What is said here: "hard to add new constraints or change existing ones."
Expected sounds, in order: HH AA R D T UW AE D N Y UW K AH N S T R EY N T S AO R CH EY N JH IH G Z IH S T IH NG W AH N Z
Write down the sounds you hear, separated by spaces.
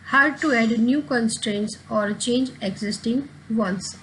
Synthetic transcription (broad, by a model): HH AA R D T UW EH D N Y UW K AH N S T R EY N T S AO R CH EY N JH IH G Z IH S T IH NG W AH N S